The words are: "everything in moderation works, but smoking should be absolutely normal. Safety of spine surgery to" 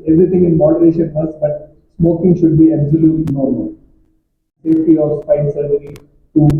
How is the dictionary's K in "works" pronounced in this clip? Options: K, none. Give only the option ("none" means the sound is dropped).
none